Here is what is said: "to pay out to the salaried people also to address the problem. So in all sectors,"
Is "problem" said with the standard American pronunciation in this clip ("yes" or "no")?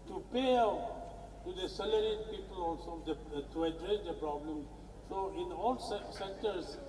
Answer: yes